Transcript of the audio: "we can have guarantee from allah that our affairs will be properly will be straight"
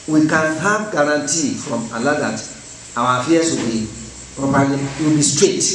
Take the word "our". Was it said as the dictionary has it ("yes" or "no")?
no